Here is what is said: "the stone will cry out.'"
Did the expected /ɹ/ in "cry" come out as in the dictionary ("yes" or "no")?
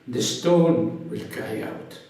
no